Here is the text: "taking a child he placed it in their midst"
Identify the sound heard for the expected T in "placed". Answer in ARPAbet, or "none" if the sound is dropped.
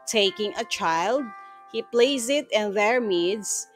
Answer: none